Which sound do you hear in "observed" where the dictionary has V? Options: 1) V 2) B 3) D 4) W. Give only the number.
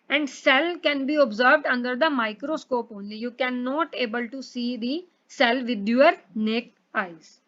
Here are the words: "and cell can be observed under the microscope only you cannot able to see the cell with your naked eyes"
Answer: 1